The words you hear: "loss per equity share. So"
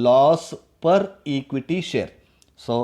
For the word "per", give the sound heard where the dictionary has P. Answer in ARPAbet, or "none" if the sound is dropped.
P